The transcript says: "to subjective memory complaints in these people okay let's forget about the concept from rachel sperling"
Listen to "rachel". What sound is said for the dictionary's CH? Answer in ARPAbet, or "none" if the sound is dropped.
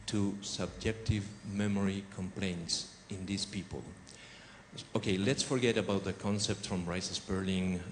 S